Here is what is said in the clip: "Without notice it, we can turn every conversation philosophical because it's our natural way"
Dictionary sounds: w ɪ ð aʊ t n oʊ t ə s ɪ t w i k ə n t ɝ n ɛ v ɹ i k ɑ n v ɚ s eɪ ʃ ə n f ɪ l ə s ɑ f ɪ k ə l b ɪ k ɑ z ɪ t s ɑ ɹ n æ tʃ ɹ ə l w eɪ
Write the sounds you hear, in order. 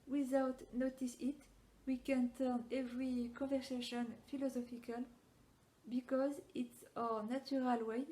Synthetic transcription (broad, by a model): w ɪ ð aʊ t n oʊ t ə s ɪ t w i k ə n t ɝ n ɛ v ɹ i k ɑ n v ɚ s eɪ ʃ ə n f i l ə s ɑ f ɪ k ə l b ɪ k ɑ z ɪ t s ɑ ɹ n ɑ tʃ ɹ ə l w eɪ